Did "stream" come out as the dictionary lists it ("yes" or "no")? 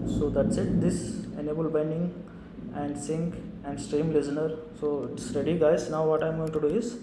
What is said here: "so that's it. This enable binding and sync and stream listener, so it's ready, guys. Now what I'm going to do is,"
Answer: yes